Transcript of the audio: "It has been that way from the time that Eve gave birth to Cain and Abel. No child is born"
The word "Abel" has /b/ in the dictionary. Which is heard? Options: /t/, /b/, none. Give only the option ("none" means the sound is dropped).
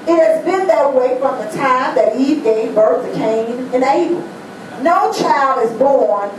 none